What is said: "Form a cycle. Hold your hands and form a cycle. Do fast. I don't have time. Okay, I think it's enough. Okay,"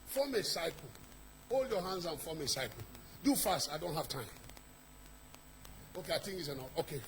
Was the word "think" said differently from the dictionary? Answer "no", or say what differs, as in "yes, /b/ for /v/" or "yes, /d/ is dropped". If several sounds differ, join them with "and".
yes, /t/ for /θ/